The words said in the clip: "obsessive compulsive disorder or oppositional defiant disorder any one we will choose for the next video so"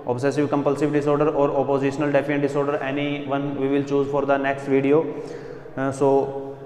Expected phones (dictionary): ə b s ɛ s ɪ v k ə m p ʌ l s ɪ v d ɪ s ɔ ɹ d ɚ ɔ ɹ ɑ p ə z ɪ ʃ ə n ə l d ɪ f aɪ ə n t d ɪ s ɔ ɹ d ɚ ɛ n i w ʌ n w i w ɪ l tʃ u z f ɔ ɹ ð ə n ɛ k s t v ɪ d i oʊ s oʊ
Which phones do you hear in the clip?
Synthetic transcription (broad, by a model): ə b s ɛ s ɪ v k ə m p ʌ l s ɪ v d ɪ s ɔ ɹ d ɚ ɔ ɹ ɑ p ə z ɪ ʃ ə n ə l d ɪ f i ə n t d ɪ s ɔ ɹ d ɚ ɛ n i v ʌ n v i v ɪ l tʃ u z f ɔ ɹ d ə n ɛ k s t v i d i oʊ s oʊ